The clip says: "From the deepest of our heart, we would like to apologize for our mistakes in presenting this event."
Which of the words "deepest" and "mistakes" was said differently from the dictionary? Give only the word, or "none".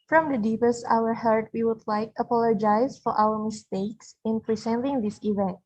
none